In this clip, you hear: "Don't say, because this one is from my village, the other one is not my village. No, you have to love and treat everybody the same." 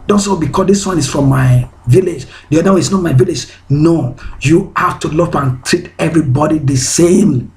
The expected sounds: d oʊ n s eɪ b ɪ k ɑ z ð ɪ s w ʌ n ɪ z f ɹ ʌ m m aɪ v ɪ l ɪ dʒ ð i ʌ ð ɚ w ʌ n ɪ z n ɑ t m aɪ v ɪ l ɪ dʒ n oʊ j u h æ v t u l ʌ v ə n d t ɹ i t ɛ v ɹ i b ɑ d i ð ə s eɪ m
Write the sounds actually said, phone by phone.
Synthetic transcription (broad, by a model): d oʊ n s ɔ b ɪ k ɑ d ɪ s w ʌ n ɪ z f ɹ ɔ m m aɪ v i l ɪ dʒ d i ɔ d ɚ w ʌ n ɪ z n ɑ t m aɪ v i l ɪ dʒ n oʊ j u h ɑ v t u l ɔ p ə n t ɹ i t ɛ v ɹ i b ɑ d i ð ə s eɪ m